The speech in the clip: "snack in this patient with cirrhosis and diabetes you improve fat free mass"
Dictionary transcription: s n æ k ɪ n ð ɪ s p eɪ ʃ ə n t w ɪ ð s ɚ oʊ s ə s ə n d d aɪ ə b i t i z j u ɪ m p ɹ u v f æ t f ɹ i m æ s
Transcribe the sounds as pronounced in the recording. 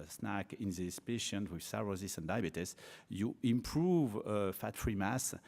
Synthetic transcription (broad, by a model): s n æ k ɪ n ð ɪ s p eɪ ʃ ə n t w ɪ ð s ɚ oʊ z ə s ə n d d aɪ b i t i s j u ɪ m p ɹ u v f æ t f ɹ i m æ s